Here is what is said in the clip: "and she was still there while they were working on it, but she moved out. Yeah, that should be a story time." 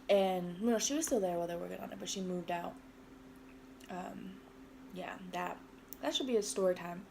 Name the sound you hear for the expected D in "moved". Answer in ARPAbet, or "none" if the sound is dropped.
D